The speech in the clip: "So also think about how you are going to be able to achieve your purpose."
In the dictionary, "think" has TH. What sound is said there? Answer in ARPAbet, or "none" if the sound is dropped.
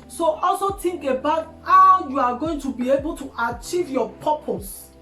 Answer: T